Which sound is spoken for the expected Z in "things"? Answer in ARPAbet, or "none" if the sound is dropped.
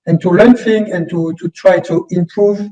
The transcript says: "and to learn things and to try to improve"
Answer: none